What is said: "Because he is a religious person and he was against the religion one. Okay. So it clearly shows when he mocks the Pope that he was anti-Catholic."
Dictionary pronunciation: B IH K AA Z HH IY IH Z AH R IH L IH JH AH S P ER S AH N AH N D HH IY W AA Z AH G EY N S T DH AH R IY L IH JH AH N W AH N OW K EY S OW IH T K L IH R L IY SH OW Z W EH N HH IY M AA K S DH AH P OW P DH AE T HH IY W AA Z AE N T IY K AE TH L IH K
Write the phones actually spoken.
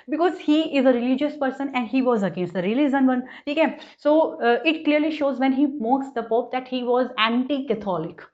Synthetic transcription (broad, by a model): B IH K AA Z HH IY IH Z AH R IH L IH JH AH S P ER S AH N AH N D HH IY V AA Z AH G EY N S T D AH R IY L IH Z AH N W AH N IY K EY S OW IH T K L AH R L IY SH OW Z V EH N HH IY M AA K S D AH P OW P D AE T HH IY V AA Z AE N T IY K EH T L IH K